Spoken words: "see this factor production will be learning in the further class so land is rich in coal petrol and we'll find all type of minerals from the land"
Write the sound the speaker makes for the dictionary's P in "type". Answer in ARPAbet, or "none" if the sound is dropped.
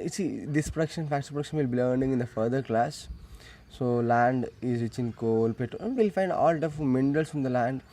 F